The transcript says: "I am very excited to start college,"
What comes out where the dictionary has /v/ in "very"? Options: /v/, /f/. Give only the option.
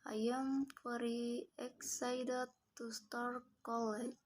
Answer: /f/